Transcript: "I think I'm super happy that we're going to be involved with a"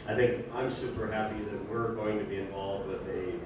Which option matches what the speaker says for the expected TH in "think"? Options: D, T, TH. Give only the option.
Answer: TH